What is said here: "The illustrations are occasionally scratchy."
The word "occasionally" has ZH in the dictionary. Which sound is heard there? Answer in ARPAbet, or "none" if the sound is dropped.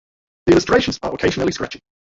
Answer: ZH